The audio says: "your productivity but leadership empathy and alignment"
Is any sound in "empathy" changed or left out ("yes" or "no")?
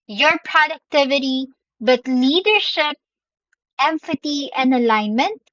yes